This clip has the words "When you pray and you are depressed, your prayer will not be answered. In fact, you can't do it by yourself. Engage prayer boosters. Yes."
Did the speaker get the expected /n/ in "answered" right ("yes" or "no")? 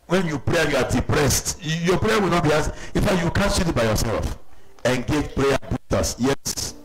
no